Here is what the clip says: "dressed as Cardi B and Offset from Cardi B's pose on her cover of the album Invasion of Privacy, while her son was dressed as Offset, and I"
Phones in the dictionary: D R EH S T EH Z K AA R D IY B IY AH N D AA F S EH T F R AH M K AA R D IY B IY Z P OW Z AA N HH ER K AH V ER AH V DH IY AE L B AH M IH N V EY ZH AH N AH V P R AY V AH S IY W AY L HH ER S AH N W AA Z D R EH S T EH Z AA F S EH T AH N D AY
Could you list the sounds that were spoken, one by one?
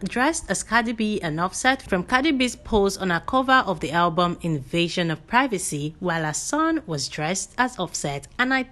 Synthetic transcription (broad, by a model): D R EH S T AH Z K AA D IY B IY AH N AA F S EH T F R AH M K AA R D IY B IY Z P OW Z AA N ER K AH V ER AH V DH IY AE L B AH M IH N V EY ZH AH N AH V P R AY V AH S IY W AY L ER S AH N W AA Z D R EH S T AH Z AA F S EH T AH N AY